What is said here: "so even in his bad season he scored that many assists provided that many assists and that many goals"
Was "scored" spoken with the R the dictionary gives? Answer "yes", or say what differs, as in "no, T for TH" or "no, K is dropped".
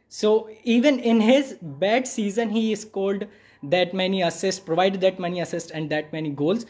no, L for R